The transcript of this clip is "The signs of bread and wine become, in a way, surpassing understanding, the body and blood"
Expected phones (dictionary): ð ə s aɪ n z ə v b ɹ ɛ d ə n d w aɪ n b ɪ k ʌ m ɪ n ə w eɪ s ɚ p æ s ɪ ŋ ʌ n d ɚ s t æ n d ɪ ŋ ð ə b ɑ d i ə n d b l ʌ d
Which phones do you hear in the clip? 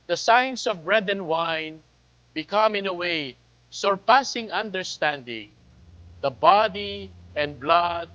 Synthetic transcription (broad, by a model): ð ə s aɪ n s ə v b ɹ ɛ d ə n w aɪ n b ɪ k ʌ m ɪ n ə w eɪ s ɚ p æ s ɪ ŋ ʌ n d ɚ s t æ n d ɪ ŋ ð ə b ɑ d i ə n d b l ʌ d